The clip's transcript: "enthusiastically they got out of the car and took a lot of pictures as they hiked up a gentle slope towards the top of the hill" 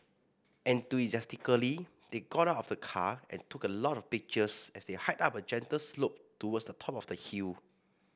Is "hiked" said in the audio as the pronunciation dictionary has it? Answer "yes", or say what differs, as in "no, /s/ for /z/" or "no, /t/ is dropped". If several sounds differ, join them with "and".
no, /k/ is dropped